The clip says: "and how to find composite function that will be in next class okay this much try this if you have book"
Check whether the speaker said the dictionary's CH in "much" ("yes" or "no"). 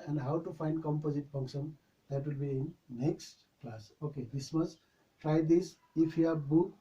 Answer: no